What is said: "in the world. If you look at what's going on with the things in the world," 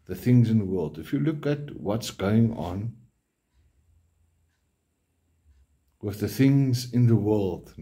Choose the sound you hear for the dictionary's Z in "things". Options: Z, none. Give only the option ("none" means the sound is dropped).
Z